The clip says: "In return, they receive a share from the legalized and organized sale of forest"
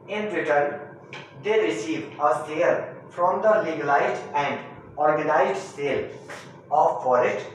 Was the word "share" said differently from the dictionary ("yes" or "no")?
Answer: yes